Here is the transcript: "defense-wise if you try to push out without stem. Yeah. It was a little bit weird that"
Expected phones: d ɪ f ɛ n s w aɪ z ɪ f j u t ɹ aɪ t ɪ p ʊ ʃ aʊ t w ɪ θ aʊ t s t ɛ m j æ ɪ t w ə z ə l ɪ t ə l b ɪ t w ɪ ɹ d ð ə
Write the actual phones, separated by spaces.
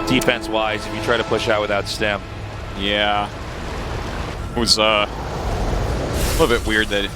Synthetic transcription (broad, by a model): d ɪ f ɛ n s w aɪ z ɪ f j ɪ t ɹ aɪ t ɪ p ʊ ʃ aʊ t w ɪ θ aʊ t s t ɛ m j æ ɪ t w ə z ə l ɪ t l b ɪ t w ɪ ɹ d ð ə